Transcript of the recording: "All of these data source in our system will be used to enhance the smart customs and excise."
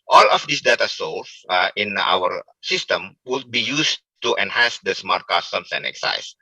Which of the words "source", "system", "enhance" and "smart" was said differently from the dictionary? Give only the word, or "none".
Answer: source